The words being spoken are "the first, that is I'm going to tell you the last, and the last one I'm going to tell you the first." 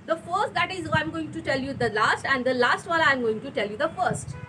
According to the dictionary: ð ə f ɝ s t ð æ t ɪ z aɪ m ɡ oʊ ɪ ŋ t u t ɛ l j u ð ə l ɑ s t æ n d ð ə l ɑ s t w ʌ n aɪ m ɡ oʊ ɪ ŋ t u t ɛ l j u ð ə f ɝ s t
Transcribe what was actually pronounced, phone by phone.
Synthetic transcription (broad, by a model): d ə f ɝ s t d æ t ɪ z aɪ m ɡ oʊ ɪ ŋ t u t ɛ l j u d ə l ɑ s t æ n d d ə l ɑ s t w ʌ l aɪ m ɡ oʊ ɪ ŋ t u t ɛ l j u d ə f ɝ s t